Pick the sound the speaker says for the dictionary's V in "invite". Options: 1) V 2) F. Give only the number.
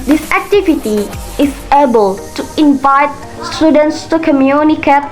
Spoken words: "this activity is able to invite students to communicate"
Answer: 1